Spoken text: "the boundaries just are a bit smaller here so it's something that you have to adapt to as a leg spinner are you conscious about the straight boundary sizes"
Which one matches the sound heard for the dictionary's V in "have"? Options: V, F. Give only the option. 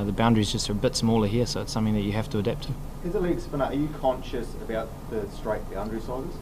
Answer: F